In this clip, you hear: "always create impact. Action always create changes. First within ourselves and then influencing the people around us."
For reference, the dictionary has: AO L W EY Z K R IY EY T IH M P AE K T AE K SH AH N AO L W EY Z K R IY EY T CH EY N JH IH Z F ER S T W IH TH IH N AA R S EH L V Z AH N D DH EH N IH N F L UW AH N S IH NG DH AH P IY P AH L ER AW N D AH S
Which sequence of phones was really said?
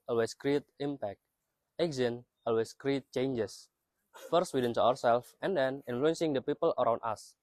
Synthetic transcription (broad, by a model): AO L W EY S K R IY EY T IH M P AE K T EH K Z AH N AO L W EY S K R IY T CH EY N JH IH S F ER S T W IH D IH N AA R S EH L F AH N D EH N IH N F L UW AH N S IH NG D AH P IY P AH L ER AW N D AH S